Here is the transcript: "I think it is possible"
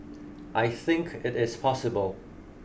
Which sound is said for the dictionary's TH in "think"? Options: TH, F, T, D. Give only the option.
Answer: TH